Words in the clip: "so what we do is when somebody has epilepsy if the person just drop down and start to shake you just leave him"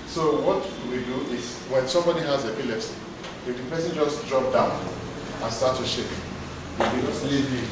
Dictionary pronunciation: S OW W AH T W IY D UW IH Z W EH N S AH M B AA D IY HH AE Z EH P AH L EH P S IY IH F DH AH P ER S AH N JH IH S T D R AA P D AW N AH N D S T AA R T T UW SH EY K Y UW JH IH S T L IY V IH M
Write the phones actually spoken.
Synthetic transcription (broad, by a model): S OW W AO T W IY D UW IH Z W EH N S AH M B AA D IY HH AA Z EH P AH L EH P S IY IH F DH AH P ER S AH N JH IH S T D R AA P D AW N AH N S T AA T T UW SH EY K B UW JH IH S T L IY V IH